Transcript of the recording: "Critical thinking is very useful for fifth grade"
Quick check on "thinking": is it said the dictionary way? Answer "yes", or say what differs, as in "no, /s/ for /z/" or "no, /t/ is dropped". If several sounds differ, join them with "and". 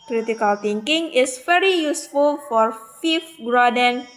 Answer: no, /t/ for /θ/